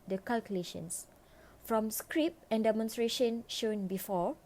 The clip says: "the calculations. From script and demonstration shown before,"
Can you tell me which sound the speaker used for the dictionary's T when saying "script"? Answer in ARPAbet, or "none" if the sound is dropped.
none